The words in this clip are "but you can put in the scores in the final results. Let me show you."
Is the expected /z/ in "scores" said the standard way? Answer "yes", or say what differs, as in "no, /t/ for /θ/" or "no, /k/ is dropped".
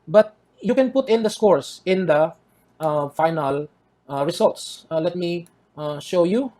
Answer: no, /s/ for /z/